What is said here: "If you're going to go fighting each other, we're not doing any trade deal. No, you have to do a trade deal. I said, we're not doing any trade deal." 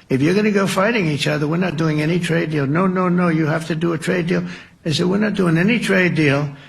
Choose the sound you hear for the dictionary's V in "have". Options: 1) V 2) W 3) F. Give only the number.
3